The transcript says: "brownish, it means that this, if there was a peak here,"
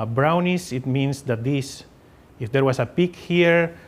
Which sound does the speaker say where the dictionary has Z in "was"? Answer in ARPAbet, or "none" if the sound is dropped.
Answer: S